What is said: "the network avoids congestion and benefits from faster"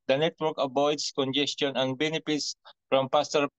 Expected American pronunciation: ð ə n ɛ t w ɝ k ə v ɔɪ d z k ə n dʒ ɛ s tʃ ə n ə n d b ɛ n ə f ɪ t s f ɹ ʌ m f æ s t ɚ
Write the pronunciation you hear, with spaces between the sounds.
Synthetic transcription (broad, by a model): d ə n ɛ t w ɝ k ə b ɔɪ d s k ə n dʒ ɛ s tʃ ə n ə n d b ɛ n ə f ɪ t s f ɹ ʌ m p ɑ s t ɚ